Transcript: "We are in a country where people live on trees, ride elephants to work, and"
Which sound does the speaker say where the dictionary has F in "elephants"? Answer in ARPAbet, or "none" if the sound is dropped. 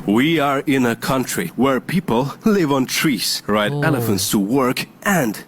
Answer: F